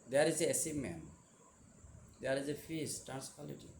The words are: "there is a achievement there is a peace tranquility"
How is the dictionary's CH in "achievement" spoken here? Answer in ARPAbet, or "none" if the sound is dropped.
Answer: S